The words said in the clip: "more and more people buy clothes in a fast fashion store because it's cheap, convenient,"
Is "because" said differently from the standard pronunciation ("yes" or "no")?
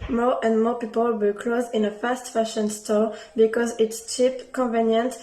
no